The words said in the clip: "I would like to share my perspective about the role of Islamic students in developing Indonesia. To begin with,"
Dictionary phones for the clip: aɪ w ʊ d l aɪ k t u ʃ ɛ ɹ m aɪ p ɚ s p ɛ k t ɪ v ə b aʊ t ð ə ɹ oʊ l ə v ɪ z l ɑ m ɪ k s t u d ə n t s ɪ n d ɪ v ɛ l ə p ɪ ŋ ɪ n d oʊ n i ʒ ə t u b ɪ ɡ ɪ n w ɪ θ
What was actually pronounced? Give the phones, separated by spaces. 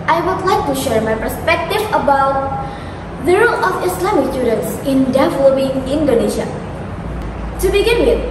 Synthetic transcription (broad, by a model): aɪ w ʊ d l aɪ k t u ʃ ɛ ɹ m aɪ p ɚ s p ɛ k t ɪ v ə b aʊ t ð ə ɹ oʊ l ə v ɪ s l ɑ m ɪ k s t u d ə n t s ɪ n d ɪ v ɛ l ə p ɪ ŋ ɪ n d oʊ n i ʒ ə t u b ɪ ɡ ɪ n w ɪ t